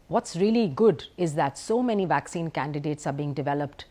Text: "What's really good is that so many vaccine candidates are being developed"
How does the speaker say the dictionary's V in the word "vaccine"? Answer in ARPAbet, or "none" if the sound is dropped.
V